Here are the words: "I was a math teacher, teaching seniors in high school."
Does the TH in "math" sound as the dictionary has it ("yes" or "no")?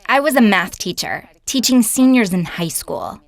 yes